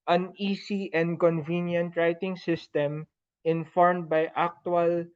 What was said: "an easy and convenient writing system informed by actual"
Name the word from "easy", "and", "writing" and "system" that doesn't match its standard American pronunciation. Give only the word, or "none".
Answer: easy